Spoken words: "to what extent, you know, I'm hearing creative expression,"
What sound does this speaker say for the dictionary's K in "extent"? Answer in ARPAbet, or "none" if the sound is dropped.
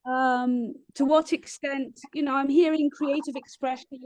K